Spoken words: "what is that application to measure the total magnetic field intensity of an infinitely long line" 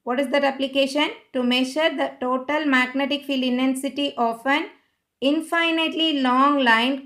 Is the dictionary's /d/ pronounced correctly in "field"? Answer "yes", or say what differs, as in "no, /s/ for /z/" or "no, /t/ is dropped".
no, /d/ is dropped